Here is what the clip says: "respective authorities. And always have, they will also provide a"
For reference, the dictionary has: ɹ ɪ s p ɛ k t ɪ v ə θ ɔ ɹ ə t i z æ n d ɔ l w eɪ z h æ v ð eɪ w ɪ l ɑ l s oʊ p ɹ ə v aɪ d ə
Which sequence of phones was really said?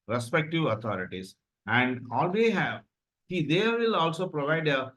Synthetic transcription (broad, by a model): ɹ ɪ s p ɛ k t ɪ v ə t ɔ ɹ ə t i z æ n d ɔ l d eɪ h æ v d eɪ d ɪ l ɑ l s oʊ p ɹ ə v aɪ d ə